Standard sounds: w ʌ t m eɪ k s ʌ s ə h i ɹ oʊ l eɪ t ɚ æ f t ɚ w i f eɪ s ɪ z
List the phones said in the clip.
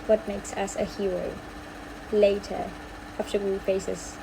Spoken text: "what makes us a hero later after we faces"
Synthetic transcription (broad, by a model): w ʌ t m eɪ k s ʌ s ə h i ɹ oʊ l eɪ t ɚ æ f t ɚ w i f eɪ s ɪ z